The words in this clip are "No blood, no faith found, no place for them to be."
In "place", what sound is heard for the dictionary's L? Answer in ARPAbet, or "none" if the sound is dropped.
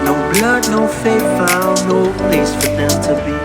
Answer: none